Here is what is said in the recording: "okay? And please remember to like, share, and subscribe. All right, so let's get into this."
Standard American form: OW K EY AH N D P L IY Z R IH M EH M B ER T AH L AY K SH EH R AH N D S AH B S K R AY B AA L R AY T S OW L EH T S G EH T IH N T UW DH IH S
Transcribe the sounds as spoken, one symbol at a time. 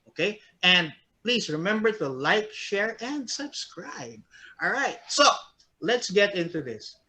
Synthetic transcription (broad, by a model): OW K EY AH N D P L IY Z R IH M EH M B ER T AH L AY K SH EH R AH N D S AH B S K R AY B AA L R AY T S OW L EH T S G EH T IH N T UW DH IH S